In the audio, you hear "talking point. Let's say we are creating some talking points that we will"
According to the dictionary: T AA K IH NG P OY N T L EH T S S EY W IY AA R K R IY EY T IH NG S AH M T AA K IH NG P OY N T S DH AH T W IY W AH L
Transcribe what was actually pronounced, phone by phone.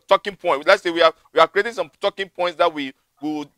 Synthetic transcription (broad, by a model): T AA K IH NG P OY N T L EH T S S EY W IY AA W K R IY EY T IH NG S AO M T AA K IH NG P OY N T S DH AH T W IY W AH